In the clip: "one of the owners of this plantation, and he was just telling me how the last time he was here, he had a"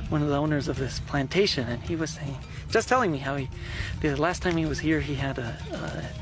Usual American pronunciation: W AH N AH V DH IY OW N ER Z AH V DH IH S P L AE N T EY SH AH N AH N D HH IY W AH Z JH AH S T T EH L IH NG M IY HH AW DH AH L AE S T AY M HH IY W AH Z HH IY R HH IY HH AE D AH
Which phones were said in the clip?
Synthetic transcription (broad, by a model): W AH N AH V DH IY OW N ER Z AH V DH IH S P L AE N T EY SH AH N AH N IY W AH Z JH AH S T T EH L IH NG M IY HH AW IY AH L AE S T AY M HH IY W AH Z HH IY R IY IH D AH